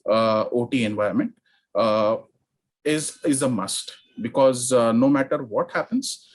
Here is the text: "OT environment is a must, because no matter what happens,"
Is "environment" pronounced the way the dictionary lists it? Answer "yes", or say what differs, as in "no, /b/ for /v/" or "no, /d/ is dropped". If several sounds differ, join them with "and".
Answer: no, /ɹ/ is dropped